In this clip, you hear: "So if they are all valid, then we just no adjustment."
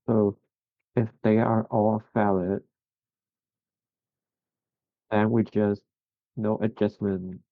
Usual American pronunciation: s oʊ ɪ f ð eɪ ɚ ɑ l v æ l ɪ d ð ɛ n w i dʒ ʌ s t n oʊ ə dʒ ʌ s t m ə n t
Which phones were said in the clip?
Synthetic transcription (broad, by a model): s oʊ ɪ f ð eɪ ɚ ɑ l f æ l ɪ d ð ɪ n w i dʒ ʌ s t n oʊ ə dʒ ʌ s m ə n